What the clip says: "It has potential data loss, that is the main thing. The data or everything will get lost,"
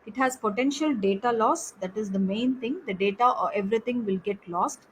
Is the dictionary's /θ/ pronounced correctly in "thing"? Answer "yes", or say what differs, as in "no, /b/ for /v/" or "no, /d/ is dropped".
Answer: no, /t/ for /θ/